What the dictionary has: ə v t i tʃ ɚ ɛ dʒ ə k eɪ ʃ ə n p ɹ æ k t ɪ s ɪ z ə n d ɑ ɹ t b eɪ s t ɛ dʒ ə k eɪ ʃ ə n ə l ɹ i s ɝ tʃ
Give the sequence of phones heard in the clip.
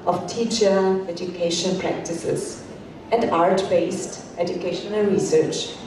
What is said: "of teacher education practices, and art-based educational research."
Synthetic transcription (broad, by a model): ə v t i tʃ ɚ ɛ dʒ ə k eɪ ʃ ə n p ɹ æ k t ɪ s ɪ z ə n d ɑ ɹ t b eɪ s t ɛ dʒ ə k eɪ ʃ ə n ə l ɹ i s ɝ tʃ